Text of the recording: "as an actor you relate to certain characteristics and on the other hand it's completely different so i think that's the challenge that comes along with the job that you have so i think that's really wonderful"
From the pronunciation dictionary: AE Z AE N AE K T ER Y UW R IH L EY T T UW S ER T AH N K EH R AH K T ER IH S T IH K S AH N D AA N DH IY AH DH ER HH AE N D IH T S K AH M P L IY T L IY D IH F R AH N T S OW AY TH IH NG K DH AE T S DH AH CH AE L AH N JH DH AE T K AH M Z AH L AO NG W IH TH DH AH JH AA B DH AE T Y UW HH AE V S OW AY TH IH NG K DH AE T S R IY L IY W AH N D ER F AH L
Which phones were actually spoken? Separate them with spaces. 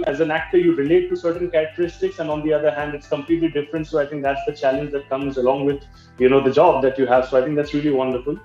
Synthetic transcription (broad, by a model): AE Z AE N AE K T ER Y UW R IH L EY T T UW S ER T AH N K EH R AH K T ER IH S T IH K S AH N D AA N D IY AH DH ER HH AE N D IH T S K AH M P L IY T L IY D IH F R AH N T S OW AY T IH NG K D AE T S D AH CH AE L AH N JH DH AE T K AH M Z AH L AO NG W IH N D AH JH AA B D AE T Y UW HH AE V S OW AY T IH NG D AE T S R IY L IY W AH N D ER F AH L